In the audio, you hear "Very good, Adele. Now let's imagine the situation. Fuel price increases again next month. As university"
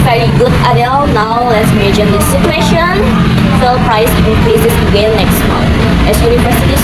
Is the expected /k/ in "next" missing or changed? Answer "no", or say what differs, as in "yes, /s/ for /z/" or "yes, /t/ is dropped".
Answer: no